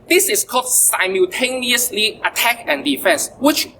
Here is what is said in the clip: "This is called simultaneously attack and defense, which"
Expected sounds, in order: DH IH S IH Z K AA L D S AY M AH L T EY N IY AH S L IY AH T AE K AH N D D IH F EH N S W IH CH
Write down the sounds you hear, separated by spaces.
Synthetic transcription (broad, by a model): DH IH S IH S K AA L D S AY M AH L T EY N IY AH S L IY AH T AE K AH N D D IH F EH N S W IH CH